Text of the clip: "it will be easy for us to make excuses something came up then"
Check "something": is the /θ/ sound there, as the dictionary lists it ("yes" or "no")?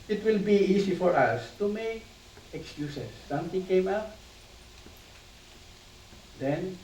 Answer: no